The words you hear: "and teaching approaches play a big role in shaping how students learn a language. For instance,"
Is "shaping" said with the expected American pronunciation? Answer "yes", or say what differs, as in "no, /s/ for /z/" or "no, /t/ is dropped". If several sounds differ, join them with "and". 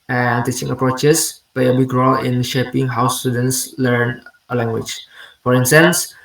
yes